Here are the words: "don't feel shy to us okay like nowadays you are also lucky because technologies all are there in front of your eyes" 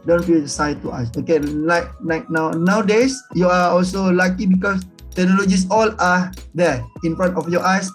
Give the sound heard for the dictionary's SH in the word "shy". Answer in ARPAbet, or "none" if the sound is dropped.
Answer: S